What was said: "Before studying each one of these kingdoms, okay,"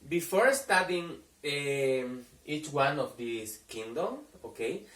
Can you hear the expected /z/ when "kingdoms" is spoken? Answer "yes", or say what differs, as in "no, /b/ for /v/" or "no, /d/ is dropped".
no, /z/ is dropped